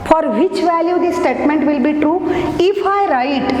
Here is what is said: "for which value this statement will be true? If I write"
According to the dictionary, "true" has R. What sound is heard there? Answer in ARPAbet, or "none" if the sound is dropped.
R